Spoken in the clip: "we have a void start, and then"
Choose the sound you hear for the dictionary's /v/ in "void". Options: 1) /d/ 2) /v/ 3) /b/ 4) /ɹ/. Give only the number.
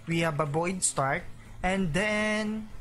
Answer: 3